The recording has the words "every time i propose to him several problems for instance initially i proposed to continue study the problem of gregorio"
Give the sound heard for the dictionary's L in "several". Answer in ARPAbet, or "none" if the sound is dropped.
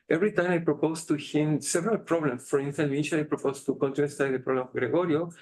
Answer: L